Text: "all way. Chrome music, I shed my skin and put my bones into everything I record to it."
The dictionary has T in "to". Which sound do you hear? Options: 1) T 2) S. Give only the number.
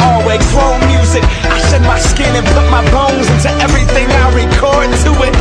1